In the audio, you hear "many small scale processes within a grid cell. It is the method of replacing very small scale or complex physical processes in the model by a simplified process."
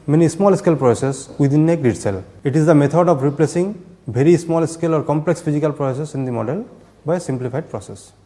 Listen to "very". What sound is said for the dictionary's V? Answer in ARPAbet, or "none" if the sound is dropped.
B